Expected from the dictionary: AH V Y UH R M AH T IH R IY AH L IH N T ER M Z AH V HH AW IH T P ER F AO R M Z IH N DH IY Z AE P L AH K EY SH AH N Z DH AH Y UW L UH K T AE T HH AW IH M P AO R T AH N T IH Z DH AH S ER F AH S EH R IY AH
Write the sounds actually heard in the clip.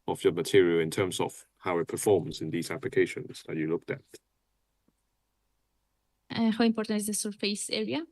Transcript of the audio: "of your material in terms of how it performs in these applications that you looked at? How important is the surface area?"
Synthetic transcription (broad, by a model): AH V Y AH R M AH T IH R IY AH L IH N T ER M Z AH V HH AW IH T P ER F AO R M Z IH N DH IY Z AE P L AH K EY SH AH N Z DH AH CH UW L UH K T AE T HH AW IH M P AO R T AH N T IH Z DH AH S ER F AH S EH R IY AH